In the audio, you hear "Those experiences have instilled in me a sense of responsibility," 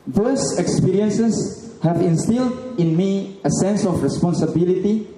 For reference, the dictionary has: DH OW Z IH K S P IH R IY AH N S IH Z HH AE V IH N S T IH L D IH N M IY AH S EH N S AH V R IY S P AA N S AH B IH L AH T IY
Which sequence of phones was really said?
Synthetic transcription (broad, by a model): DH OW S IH K S P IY R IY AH N S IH S HH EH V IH N S T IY L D IH N M IY AH S EH N S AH F R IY S P AA N S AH B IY L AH T IY